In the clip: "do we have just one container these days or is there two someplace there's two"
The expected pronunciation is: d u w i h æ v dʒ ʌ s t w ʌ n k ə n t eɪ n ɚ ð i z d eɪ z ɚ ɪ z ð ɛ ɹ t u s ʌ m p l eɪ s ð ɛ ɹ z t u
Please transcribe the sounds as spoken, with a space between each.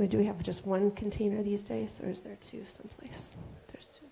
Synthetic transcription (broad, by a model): d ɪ w i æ v dʒ ʌ s t w ʌ n k n t eɪ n ɚ ð i z d eɪ z ɚ ɪ z ð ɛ ɹ t u s ʌ m p l eɪ s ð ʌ ɹ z t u